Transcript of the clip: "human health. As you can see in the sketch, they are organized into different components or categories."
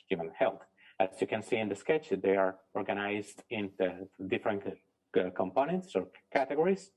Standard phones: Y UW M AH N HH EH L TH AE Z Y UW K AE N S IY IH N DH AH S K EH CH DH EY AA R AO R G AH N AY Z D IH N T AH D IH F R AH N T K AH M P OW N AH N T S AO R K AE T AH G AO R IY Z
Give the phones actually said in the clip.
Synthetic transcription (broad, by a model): Y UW M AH N HH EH L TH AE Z Y UW K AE N S IY IH N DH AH S K EH CH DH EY AA R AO R G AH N AY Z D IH N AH D IH F R AH N T K AH M P OW N AH N T S AO R K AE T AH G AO R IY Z